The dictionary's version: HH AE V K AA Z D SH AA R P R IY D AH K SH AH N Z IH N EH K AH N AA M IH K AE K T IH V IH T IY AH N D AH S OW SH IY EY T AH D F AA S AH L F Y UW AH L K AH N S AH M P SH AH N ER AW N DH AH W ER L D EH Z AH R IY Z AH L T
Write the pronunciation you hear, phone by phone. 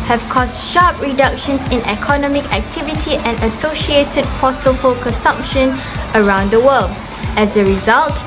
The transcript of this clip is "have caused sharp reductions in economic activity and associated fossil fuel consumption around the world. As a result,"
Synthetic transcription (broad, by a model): HH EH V K AA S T SH AA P R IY D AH K SH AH N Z IH N EH K AH N AA M IH K AE K T IH V IH T IY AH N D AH S OW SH IY EY T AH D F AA S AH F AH L K AH N S AH M P SH AH N ER AW N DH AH W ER L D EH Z AH R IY Z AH L T